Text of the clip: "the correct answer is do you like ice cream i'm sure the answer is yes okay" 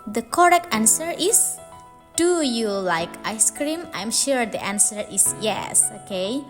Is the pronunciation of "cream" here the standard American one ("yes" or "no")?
yes